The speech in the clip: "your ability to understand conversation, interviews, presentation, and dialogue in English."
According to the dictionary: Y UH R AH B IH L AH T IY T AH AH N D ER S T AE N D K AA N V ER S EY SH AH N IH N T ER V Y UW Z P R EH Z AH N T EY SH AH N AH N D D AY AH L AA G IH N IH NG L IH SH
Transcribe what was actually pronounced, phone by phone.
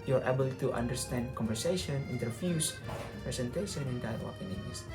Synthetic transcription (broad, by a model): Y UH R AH B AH L T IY T AH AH N D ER S T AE N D K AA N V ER S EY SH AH N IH N T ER F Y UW S P R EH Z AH N T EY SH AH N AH N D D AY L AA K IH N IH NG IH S